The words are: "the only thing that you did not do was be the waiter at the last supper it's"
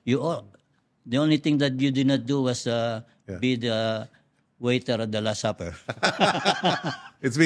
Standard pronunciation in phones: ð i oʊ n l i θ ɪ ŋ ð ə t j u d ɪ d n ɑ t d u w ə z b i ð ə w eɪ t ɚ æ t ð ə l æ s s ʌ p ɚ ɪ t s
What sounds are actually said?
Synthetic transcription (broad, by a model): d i oʊ n l i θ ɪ ŋ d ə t j u d ɪ d n ɑ t d u w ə s b i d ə w eɪ t ɚ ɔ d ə l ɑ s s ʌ p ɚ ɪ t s